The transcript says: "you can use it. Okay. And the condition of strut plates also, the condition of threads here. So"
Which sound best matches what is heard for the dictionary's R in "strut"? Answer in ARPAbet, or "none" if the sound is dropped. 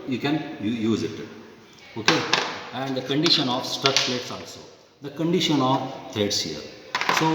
none